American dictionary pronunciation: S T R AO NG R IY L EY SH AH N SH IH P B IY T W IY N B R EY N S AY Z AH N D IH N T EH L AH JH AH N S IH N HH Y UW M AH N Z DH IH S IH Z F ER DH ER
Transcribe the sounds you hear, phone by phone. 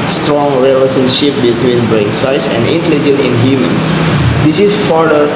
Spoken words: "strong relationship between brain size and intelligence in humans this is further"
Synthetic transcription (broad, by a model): S T R AO NG R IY L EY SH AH N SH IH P B IY T W IY N B R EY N S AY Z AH N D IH N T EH L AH JH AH N IH N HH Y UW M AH N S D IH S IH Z F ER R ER